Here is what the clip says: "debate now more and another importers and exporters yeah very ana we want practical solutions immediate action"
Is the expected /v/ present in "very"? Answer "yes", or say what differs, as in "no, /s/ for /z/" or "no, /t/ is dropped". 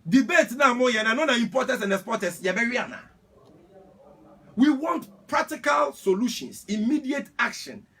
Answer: no, /b/ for /v/